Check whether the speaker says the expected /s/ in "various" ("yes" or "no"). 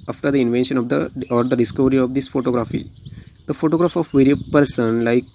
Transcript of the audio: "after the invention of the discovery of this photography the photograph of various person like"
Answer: no